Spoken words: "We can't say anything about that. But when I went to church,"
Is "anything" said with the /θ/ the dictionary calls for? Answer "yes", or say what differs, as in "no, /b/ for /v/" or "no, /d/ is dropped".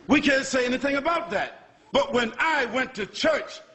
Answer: yes